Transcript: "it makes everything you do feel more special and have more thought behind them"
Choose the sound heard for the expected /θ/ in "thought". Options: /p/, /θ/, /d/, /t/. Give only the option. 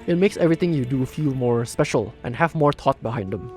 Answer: /t/